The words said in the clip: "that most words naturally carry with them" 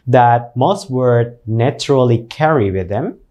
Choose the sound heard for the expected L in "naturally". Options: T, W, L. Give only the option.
L